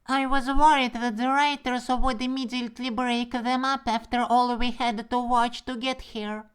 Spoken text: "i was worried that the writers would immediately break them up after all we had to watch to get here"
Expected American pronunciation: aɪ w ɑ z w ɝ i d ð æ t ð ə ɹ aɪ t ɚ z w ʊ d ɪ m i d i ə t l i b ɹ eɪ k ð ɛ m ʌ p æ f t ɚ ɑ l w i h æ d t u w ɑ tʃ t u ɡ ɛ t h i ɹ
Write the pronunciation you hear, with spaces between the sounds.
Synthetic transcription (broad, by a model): aɪ w ɑ z w ɝ i d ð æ t ð ə ɹ aɪ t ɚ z w ʊ d ɪ m i d i ə t l i b ɹ eɪ k ð ɛ m ʌ p æ f t ɚ ɑ l w i h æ d t u w ɑ tʃ t u ɡ ɛ t h i ɹ